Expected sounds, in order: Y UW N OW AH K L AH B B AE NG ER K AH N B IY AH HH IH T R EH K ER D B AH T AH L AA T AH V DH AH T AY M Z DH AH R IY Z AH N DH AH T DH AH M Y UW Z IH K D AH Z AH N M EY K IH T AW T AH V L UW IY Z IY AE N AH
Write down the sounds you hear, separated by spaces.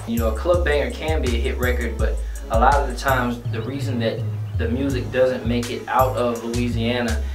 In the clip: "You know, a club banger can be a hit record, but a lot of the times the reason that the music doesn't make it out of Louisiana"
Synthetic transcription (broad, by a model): Y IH N OW AH K L AH B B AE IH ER K AH N B IY AH HH IH T R EH K ER D B AH T AH L AA T AH V DH AH T AY M Z DH AH R IY Z AH N DH AH T DH AH M Y UW Z IH K D AH Z AH N M EY K IH T AW T AH V L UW IY Z IY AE N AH